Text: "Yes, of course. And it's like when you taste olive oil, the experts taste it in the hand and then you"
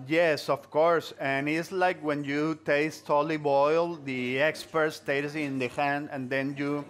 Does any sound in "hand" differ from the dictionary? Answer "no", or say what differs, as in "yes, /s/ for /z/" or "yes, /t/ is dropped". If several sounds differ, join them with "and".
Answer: no